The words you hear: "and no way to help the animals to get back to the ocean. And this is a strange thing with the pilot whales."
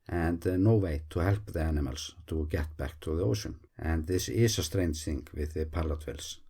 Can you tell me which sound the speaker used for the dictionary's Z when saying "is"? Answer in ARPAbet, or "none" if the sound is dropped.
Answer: S